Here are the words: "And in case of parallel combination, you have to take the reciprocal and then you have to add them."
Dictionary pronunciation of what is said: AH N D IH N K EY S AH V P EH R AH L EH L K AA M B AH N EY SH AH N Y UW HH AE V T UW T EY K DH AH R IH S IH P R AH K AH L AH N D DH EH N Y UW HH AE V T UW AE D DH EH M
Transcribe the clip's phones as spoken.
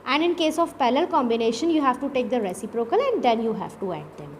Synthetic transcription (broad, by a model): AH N D IH N K EY S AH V P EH L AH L L K AA M B AH N EY SH AH N Y UW HH AE V T UW T EY K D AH R IH S IH P R AH K AH L AH N D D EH N Y UW HH AE V T UW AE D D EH M